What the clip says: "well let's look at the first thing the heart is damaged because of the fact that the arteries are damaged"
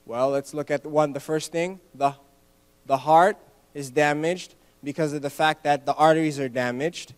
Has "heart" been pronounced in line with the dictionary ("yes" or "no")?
yes